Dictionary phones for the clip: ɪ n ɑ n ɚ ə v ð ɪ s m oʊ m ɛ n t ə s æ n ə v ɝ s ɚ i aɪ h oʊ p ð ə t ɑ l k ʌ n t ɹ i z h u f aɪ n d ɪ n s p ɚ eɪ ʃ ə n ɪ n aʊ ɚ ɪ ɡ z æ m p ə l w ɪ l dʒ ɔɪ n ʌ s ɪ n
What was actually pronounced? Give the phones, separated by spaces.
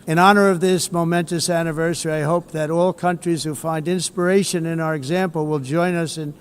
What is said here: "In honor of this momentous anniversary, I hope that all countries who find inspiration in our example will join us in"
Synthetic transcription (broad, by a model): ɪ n ɑ n ɚ ə v ð ɪ s m oʊ m ɛ n t ə s æ n ə v ɝ s ɚ i aɪ h oʊ p ð ə t ɑ l k ʌ n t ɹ i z h u f aɪ n d ɪ n s p ɚ eɪ ʃ ə n ɪ n aʊ ɚ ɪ ɡ z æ m p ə l w ɪ l dʒ ɔɪ n ʌ s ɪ n